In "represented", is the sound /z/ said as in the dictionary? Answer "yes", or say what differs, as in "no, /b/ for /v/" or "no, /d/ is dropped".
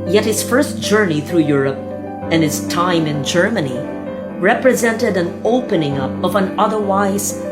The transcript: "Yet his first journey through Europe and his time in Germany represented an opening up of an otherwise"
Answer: yes